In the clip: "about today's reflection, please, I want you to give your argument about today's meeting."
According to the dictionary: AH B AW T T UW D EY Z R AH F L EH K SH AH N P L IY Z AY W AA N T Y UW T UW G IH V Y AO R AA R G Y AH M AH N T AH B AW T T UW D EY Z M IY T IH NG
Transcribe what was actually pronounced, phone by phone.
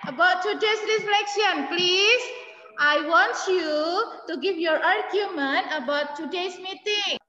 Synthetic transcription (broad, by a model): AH B AW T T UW D EY S R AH F L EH K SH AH N P L IY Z AY W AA N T Y UW T UW G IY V Y AO R AA R G Y AH M AH N T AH B AW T T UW D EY S M IY T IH NG